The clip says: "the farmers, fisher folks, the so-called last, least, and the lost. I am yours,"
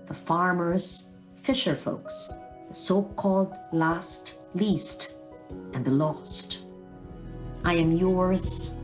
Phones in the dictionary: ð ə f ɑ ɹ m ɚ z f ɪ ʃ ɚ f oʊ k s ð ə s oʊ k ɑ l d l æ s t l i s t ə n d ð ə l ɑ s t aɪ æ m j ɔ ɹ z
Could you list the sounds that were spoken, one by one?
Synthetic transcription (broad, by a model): ð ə f ɑ ɹ m ɚ z f ɪ ʃ ɚ f oʊ k s ð ə s oʊ k ɑ l d l æ s t l i s t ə n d ð ə l ɑ s t aɪ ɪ m j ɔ ɹ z